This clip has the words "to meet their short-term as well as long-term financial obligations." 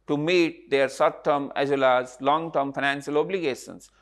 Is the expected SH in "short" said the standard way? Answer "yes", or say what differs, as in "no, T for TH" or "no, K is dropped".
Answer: no, S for SH